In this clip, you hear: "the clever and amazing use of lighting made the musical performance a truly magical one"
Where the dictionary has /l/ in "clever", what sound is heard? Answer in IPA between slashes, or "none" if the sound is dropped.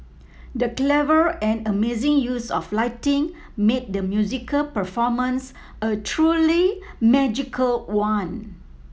/l/